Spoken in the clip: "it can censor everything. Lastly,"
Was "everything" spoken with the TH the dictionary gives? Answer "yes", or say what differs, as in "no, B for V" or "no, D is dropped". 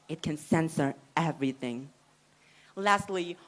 yes